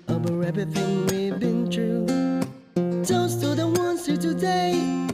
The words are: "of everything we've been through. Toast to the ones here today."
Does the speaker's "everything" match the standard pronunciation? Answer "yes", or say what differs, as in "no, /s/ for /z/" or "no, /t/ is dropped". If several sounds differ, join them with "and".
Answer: no, /ɹ/ is dropped